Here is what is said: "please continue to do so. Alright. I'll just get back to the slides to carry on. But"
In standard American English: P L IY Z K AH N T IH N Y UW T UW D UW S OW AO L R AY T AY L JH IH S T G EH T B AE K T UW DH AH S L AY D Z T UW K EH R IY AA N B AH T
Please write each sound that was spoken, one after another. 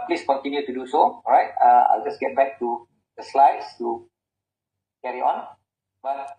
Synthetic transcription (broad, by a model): P L IY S K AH N T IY N Y UW T UW D UW S OW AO R AY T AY L JH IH S G EH T B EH K T UW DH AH S L AY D S T UW K EH R IY AA N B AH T